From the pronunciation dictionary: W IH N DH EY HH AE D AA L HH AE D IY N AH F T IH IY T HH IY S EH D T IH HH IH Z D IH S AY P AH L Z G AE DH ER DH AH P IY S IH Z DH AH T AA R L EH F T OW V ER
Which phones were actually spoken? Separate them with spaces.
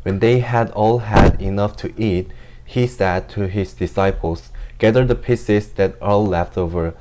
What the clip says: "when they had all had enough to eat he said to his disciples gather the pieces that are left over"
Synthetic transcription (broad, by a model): W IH N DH EY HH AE D AA L HH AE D IY N AH F T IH IY T HH IY S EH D T IH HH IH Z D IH S AY P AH L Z G AE DH ER DH AH P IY S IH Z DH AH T AA L L EH F T OW V ER